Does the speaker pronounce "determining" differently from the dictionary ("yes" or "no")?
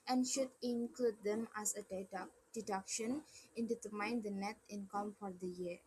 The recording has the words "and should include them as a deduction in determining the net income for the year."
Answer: yes